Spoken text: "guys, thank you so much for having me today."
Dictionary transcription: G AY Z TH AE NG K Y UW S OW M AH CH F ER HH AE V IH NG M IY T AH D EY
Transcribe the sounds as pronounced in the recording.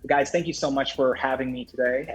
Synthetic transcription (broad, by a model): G AY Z TH AE NG K Y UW S OW M AH CH F ER HH AE V IH NG M IY T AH D EY